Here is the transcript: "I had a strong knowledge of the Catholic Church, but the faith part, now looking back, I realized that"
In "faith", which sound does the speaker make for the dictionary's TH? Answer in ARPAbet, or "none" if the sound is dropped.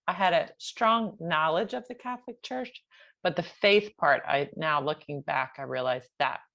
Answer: TH